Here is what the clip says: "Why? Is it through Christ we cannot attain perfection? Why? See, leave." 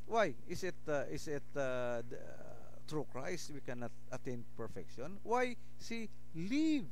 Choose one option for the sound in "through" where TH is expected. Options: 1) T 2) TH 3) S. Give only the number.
1